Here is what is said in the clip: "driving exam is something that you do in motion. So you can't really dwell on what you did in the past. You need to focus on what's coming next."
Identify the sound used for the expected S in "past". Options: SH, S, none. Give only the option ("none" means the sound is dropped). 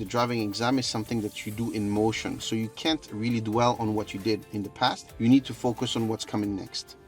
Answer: S